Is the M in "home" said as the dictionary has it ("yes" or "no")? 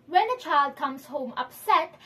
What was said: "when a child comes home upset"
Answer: yes